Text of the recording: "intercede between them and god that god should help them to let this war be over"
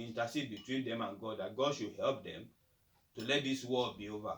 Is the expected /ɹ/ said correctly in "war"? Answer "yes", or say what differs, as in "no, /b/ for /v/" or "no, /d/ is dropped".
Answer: no, /l/ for /ɹ/